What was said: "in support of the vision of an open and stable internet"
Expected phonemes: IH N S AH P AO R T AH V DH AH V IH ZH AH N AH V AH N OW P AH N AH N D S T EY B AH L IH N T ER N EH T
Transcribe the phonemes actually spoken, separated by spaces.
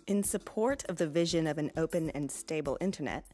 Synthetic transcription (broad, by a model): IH N S AH P AO R T AH V DH AH V IH ZH AH N AH V AH N OW P AH N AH N S T EY B L IH N T ER N EH T